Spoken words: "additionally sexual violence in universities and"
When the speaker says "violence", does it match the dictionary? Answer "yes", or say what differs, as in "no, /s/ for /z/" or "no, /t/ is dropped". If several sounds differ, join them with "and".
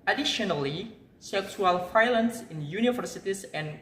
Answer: no, /f/ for /v/